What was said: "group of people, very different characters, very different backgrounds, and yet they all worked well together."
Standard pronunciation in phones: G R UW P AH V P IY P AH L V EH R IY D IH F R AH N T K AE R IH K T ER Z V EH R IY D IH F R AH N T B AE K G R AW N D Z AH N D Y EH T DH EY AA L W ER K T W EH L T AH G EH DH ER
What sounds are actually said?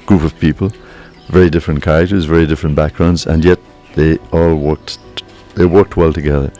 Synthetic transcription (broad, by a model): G R UW P AH V P IY P AH L V EH R IY D IH F R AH N K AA IH T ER Z V EH R IY D IH F R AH N B AE K G R AW N D Z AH N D Y EH T DH EY AA L W ER K T W EH L T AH G EH DH ER